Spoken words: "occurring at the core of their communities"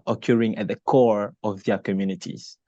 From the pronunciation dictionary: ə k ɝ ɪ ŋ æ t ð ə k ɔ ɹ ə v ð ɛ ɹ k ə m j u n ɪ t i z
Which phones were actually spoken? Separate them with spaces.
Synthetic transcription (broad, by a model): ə k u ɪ ŋ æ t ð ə k ɔ ɹ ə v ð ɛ k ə m j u n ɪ t i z